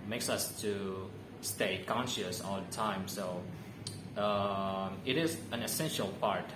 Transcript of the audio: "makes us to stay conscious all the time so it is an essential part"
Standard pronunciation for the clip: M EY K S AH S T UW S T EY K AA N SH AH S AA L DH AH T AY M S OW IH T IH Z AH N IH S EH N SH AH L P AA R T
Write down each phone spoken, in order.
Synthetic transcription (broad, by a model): M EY K S AH S T UW S T EY K AA N SH AH S AA L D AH T AY M S OW IH T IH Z AH N IH S EH N SH AH L P AA R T